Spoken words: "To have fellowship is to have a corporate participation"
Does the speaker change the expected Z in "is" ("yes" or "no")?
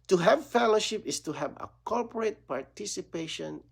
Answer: yes